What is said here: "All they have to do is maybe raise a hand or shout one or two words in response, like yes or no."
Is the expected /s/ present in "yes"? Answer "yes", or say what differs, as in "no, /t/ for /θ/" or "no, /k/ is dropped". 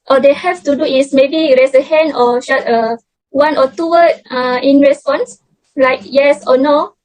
yes